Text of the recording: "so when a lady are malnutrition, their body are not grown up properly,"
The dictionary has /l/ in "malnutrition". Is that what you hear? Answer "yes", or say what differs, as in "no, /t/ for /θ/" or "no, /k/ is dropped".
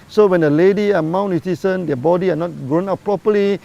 no, /w/ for /l/